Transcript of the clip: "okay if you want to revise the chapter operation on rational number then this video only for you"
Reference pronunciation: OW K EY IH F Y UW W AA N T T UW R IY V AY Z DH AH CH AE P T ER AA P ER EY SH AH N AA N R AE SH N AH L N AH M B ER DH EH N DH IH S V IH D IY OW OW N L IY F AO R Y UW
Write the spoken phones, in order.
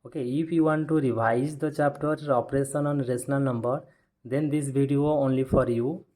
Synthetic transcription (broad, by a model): OW K EY IH F Y UW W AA N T T UW R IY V AY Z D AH CH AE P T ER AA P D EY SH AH N AA N R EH S N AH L N AH M B ER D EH N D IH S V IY D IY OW OW N L IY F AO R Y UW